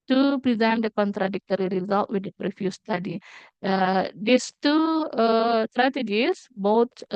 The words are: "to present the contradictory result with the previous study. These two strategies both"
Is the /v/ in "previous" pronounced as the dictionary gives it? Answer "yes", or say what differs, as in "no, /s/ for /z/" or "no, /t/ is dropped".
no, /f/ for /v/